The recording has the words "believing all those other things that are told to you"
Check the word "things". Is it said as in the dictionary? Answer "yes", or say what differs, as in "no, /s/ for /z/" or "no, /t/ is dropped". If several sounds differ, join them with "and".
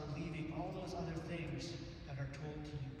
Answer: yes